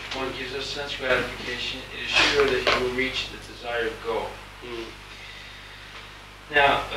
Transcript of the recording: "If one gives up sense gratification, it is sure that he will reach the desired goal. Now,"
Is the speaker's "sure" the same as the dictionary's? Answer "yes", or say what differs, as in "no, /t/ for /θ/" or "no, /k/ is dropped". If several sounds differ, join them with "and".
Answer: yes